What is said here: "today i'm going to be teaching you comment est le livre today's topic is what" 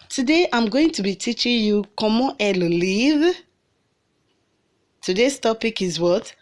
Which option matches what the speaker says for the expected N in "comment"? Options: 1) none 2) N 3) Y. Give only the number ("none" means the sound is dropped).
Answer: 1